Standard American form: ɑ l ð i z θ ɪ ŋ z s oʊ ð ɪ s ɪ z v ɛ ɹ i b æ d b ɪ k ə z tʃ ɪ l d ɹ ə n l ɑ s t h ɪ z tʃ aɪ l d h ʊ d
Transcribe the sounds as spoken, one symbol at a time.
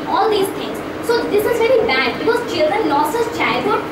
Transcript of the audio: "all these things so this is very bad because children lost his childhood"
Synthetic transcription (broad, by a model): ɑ l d i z t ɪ ŋ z s oʊ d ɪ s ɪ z v ɛ ɹ i b æ d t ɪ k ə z tʃ ɪ l d ɹ ə n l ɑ s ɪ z tʃ aɪ l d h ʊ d